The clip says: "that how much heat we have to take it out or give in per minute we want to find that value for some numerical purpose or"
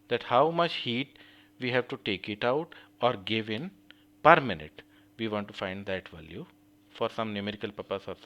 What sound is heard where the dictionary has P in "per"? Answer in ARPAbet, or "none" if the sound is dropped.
P